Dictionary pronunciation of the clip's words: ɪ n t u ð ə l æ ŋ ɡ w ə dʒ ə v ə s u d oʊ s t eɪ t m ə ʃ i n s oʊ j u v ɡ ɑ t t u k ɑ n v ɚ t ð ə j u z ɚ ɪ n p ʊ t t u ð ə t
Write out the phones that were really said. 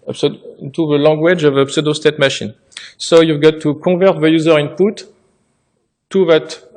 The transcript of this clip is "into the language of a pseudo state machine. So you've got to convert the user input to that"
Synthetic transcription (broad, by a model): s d t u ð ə l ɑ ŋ ɡ w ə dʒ ə v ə s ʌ d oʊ s t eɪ t m ə ʃ i n s oʊ j u v ɡ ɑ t t u k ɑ v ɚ t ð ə j u z ɚ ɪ n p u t t u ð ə t